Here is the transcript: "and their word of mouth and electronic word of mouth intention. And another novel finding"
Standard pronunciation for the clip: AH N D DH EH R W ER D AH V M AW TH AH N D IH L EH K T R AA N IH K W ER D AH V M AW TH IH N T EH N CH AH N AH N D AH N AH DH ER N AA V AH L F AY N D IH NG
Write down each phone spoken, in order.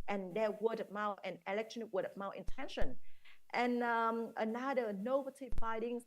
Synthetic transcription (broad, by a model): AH N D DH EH W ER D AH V M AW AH N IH L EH K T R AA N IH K W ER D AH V M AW T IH N T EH N SH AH N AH N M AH N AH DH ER N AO B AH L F AY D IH NG